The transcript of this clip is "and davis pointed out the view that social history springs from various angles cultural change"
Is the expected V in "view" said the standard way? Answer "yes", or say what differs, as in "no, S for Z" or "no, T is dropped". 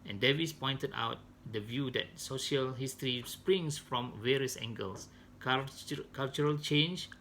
yes